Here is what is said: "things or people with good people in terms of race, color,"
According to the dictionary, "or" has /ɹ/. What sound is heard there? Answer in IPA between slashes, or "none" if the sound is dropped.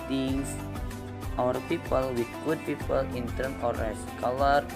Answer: /ɹ/